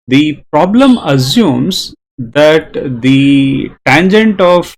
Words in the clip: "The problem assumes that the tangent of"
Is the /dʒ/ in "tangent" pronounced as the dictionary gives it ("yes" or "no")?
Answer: yes